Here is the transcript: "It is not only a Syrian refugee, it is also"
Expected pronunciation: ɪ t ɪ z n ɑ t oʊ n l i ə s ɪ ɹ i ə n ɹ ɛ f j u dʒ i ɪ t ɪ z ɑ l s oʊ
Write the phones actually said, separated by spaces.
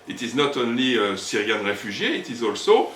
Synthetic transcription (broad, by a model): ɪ t ɪ z n ɑ t oʊ n l i ə s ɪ ɹ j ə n ɹ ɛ f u ʒ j ɪ t ɪ z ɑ l s oʊ